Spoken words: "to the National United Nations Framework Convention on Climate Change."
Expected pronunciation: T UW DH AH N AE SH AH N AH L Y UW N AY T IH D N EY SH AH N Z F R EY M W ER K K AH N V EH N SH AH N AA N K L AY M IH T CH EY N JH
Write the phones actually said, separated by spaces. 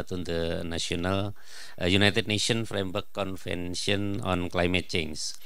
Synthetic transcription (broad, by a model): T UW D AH N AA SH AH N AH L Y UW N AY T IH D N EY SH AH N F R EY M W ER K K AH N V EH N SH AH N AA N K L AY M IH T CH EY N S